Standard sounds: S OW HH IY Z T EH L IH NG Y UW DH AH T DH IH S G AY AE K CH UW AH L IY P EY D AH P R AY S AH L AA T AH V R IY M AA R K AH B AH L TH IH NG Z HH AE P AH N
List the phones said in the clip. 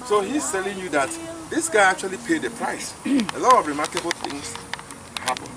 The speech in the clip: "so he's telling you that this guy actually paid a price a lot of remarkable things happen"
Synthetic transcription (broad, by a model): S OW HH IY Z T EH L IH NG Y UW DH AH T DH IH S G AY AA K CH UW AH L IY P EY D AH P R AY S AH L AA T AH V R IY M AA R K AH B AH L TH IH NG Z HH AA P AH N